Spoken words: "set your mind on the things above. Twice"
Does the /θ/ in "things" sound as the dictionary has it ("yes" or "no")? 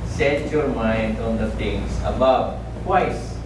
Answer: no